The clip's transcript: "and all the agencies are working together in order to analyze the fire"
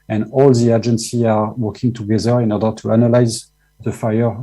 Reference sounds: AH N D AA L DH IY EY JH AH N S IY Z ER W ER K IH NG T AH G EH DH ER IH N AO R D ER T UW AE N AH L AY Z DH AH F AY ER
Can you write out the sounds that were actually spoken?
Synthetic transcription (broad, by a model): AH N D AA L DH IY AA JH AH N S IY AA W ER K IH NG T AH G EH DH ER IH N AO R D ER T UW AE N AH L AY Z DH AH F AY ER